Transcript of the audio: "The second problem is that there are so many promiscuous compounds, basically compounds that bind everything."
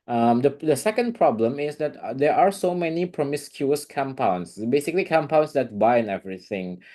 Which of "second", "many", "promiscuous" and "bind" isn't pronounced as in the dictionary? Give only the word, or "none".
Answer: bind